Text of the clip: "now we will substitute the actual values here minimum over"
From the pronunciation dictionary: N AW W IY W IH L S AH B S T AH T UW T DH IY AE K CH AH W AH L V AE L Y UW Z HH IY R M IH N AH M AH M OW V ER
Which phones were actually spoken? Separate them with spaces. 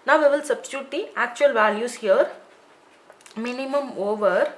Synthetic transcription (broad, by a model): N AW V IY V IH L S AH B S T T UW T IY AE K CH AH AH L V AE L Y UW S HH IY R M IH N AH M AH M OW V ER